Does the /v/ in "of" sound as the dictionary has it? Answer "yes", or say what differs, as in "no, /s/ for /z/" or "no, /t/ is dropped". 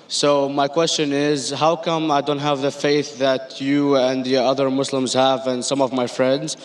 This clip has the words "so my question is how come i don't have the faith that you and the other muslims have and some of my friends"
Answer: yes